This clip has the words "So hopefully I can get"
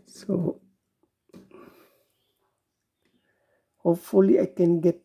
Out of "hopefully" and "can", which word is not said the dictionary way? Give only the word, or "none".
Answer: hopefully